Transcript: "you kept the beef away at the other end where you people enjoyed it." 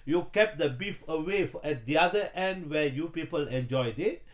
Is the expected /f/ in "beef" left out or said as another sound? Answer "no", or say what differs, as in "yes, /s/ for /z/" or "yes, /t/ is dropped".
no